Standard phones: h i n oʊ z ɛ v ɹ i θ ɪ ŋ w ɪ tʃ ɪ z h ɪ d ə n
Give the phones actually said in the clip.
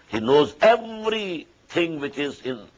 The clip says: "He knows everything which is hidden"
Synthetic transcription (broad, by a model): h i n oʊ z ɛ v ɹ i t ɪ ŋ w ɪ tʃ ɪ z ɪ n